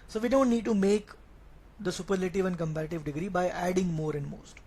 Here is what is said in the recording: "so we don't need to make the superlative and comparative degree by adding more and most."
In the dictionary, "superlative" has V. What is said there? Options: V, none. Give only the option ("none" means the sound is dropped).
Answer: V